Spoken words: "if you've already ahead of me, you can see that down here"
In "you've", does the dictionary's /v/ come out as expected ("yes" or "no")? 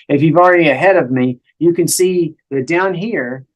yes